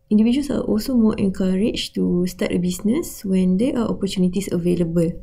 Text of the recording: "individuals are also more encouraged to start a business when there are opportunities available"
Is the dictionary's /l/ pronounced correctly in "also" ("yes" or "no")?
yes